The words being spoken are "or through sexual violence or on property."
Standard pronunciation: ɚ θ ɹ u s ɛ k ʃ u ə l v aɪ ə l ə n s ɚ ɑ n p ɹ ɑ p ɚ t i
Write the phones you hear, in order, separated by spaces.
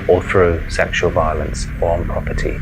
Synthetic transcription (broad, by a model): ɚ θ ɹ u s ɛ k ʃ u ə l v aɪ ə l ə n s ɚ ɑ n p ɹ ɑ p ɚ t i